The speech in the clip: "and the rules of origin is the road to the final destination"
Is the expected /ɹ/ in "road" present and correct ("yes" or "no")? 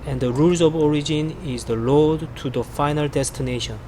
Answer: no